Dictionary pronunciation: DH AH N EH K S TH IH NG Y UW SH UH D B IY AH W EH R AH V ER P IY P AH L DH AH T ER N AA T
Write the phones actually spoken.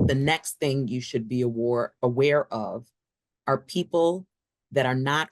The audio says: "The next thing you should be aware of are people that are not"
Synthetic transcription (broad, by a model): DH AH N EH K S TH IH NG Y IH SH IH D B IY AH W EH R AH V ER P IY P L DH AH T ER N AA T